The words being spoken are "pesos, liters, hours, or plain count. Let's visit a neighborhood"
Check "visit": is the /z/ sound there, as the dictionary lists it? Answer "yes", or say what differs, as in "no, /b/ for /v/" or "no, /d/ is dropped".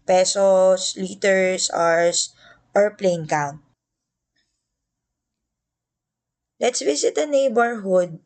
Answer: no, /s/ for /z/